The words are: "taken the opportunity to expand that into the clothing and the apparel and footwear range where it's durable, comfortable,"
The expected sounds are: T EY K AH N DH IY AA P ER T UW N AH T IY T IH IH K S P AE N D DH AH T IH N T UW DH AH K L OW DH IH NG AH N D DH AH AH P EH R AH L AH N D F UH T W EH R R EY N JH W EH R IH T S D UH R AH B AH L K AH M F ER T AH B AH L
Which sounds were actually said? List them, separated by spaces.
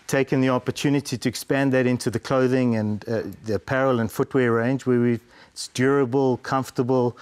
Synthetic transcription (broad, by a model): T EY K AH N DH IY AA P ER T UW N AH T IY T IH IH K S P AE N DH AH T IH N T UW DH AH K L OW DH IH NG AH N DH AH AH P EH R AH L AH N F UH T W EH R R EY N JH W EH W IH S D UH R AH B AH L K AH M F T AH B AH L